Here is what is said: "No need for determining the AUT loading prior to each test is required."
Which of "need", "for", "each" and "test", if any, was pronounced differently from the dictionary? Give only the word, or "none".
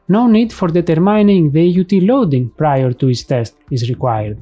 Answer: each